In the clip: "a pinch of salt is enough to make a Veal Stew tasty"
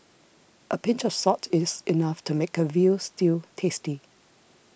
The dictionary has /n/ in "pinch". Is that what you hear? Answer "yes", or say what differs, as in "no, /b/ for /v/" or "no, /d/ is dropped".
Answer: yes